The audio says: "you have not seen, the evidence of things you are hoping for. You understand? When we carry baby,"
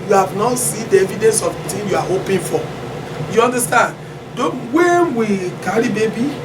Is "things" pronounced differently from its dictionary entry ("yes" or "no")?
yes